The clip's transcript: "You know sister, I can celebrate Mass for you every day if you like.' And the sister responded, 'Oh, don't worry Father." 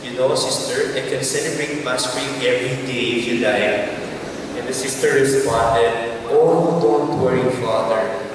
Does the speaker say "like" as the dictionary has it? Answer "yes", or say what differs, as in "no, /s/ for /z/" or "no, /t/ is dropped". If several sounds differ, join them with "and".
no, /k/ is dropped